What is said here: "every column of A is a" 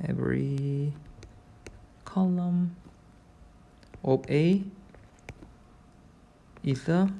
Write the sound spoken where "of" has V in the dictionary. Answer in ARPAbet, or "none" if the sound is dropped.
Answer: P